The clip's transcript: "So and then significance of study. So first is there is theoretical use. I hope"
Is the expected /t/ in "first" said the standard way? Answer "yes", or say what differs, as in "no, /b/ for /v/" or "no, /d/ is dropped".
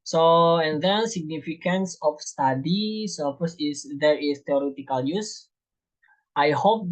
no, /t/ is dropped